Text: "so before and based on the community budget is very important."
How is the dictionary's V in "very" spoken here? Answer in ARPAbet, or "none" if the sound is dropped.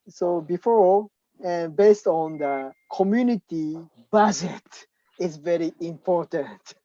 V